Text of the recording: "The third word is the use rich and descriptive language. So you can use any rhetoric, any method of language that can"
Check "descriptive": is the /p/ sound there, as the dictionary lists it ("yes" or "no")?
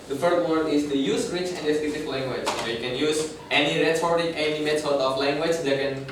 no